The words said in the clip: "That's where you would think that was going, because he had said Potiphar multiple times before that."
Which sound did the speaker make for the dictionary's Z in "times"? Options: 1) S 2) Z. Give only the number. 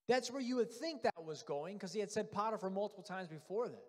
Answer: 2